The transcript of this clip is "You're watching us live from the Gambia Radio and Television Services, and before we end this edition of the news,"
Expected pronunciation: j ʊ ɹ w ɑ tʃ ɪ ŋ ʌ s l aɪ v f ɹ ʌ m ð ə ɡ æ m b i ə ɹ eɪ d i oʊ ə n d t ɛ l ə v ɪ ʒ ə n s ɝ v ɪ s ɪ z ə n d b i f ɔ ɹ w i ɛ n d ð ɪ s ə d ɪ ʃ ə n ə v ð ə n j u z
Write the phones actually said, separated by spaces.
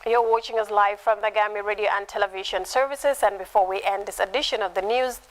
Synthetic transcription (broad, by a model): j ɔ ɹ w ɑ tʃ ɪ ŋ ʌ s l aɪ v f ɹ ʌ m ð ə ɡ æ m i ɹ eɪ d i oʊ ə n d t ɛ l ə v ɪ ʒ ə n s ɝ v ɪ s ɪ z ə n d b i f ɔ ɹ w i ɛ n d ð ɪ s ə d ɪ ʃ ə n ə v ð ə n j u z